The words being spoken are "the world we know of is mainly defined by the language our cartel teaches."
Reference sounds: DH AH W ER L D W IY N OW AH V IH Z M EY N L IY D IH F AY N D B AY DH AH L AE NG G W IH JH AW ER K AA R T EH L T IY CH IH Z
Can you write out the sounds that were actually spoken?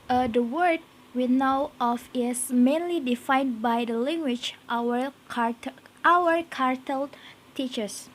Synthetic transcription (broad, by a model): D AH W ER D W IY N OW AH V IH S M EY N L IY D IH F AY N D B AY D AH L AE NG G W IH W AW ER K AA R T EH L T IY CH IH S